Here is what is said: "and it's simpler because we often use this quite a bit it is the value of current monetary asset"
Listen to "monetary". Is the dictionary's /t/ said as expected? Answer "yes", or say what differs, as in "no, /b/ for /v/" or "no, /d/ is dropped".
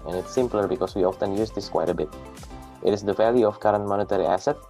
yes